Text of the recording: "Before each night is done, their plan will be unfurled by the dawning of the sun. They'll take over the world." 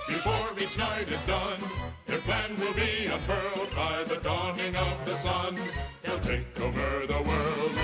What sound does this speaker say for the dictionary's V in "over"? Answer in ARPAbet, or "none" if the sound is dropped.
V